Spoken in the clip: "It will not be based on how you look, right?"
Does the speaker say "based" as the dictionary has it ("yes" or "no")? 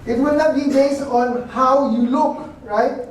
no